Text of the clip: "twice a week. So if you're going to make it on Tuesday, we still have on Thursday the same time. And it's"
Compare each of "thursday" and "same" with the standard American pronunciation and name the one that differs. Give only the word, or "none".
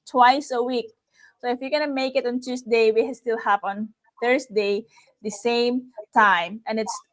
thursday